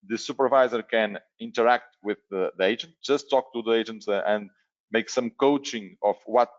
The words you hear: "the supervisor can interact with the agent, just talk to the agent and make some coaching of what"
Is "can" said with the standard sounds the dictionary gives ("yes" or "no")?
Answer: yes